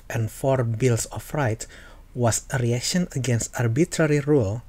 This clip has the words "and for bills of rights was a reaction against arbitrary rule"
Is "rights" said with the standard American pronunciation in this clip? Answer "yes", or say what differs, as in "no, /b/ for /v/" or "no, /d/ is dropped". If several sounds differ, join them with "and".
no, /s/ is dropped